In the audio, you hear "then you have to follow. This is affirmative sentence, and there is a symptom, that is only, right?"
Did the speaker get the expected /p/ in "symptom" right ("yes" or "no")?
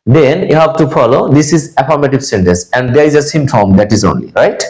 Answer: no